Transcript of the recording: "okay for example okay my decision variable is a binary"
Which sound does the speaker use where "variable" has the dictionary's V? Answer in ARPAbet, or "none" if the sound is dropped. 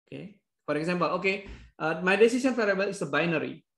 F